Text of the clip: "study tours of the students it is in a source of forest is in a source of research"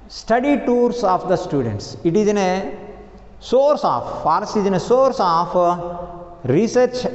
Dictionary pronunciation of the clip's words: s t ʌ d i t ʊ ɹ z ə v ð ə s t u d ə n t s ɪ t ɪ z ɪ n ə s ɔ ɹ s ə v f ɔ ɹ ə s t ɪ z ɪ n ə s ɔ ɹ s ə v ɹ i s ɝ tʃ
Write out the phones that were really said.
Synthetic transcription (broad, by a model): s t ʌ d i t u ɹ s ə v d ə s t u d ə n t s ɪ t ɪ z ɪ n ə s ɔ ɹ s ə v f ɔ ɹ s ɪ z ɪ n ə s ɔ ɹ s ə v ɹ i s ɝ tʃ